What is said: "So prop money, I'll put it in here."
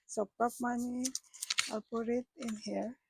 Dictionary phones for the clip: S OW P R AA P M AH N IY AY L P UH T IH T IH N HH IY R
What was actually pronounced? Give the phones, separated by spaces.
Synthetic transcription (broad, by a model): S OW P AA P M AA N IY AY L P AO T IH T IH N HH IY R